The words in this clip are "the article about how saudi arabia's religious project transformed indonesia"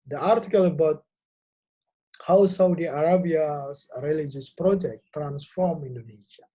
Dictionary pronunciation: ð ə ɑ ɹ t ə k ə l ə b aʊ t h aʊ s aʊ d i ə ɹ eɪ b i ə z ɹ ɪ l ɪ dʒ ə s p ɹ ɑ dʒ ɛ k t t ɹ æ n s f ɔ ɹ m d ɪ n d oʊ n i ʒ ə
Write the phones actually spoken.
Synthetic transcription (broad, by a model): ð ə ɑ ɹ t ə k ə l ə b aʊ t h aʊ s aʊ d i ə ɹ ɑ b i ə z ɹ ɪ l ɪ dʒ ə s p ɹ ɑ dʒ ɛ k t t ɹ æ n s f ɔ ɹ m ɪ n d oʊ n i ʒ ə